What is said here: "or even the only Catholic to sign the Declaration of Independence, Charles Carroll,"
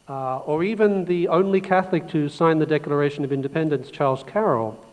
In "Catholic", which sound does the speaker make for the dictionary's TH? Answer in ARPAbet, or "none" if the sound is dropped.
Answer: TH